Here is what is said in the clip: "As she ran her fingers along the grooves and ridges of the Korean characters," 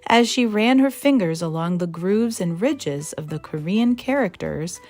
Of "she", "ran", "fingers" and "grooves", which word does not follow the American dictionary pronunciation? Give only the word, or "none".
none